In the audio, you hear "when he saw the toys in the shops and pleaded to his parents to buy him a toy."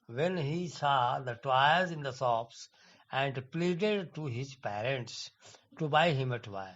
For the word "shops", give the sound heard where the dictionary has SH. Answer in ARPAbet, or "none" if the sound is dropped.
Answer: S